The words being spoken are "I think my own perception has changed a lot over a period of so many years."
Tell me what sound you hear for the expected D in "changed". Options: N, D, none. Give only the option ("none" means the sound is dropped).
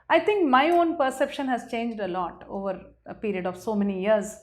D